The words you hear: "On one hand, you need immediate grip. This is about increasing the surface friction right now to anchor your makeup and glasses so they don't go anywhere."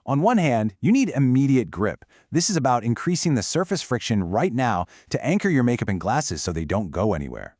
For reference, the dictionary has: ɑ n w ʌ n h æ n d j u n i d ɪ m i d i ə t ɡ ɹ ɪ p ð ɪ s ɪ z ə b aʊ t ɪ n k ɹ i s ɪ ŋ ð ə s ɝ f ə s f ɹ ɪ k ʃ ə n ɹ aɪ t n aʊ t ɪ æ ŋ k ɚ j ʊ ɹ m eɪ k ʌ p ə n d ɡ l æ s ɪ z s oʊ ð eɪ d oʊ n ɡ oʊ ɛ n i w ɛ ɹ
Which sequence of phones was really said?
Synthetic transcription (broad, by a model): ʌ n w ʌ n h æ n d j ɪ n i d ɪ m i d i ə t ɡ ɹ ɪ p ð ɪ s ɪ z ə b aʊ t ɪ n k ɹ i s ɪ ŋ ð ə s ɝ f ə s f ɹ ɪ k ʃ ə n ɹ aɪ t n aʊ t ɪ æ ŋ k ɚ j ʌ ɹ m eɪ k ʌ p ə n ɡ l æ s ɪ z s oʊ ð eɪ d oʊ n ɡ oʊ ɛ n i w ɛ ɹ